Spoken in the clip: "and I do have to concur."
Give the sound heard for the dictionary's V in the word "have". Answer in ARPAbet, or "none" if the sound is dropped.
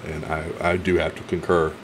F